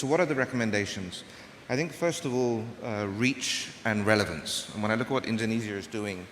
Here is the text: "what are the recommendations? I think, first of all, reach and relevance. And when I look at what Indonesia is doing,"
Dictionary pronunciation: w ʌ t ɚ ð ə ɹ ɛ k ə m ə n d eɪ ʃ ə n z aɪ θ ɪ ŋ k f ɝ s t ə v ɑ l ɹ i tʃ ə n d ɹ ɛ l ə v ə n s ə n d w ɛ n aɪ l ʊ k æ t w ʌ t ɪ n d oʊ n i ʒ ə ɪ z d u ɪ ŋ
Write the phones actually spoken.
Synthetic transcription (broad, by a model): w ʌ t ɚ ð ə ɹ ɛ k ə m ə n d eɪ ʃ ə n z aɪ θ ɪ ŋ k f ɝ s t ə v ɑ l ɹ i tʃ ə n ɹ ɛ l ə v ə n s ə n w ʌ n aɪ l ʊ k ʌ t w ʌ t ɪ n d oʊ n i z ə ɪ z d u ɪ ŋ